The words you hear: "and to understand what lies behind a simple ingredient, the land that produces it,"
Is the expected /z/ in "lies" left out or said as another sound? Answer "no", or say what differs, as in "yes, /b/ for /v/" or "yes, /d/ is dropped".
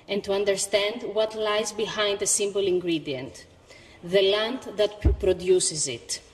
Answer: no